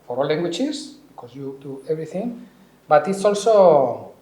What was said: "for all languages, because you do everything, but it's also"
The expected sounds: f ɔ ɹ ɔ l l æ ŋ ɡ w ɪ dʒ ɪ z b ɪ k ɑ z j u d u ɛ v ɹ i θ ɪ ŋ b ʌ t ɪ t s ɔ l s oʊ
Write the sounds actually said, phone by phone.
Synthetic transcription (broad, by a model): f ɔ ɹ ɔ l l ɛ ŋ ɡ w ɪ tʃ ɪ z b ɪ k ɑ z j u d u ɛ b ɹ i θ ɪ ŋ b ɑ t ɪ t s ɔ l s oʊ